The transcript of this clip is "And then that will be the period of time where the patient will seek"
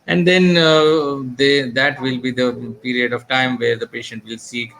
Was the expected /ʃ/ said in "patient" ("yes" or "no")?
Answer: yes